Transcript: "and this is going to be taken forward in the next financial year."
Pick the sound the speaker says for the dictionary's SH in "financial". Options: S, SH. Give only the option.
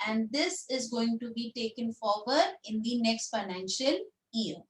SH